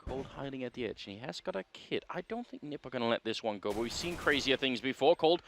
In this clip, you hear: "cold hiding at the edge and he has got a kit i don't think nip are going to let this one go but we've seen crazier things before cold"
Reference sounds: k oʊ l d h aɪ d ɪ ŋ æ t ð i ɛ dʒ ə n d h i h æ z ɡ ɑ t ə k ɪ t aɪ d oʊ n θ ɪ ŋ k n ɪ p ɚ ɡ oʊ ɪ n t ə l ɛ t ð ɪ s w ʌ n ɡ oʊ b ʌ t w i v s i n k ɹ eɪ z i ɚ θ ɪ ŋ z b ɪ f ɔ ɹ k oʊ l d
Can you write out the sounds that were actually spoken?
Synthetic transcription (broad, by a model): oʊ l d h aɪ d ɪ ŋ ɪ t ð i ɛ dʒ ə n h i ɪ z ɡ ɑ t ə k ɪ t aɪ d oʊ n θ ɪ ŋ k n ɪ p ɚ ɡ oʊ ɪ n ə l ɛ t ð ɪ s w ʌ n ɡ oʊ b ʌ t w i v s i n k ɹ eɪ z i ɚ θ ɪ ŋ z b ɪ f ɔ ɹ k oʊ l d